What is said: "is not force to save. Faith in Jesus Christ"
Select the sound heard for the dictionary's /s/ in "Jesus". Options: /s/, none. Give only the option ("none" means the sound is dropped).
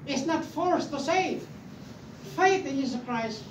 none